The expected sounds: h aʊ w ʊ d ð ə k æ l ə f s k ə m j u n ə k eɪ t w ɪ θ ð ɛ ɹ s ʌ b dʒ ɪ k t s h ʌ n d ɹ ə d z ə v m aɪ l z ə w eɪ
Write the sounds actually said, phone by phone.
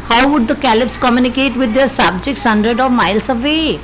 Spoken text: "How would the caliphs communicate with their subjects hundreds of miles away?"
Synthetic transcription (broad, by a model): h aʊ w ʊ d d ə k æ l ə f s k ə m j u n ə k eɪ t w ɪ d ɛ ɹ s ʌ b dʒ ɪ k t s h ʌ n d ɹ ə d ə v m aɪ l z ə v eɪ